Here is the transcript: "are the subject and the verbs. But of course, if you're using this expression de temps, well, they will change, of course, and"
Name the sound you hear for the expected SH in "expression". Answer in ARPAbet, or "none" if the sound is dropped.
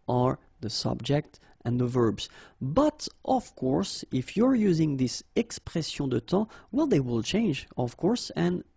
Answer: S